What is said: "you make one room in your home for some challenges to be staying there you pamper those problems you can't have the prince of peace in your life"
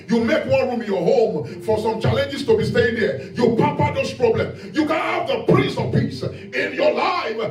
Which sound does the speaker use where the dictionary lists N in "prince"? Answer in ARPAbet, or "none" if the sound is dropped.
none